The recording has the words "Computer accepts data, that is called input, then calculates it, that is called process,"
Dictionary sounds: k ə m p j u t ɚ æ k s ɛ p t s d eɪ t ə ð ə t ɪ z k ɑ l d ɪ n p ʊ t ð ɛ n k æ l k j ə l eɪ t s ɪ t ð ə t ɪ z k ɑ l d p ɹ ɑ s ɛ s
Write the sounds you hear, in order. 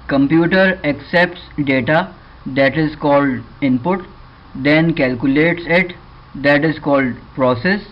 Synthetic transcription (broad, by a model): k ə m p j u t ɚ æ k s ɛ p t s d eɪ t ə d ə t ɪ z k ɑ l d ɪ n p ʊ t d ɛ n k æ l k j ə l eɪ t s ɪ t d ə t ɪ z k ɑ l d p ɹ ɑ s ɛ s